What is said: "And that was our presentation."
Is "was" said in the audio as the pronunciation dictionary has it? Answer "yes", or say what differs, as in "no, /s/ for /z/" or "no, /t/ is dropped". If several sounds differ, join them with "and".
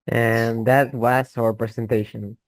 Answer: no, /s/ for /z/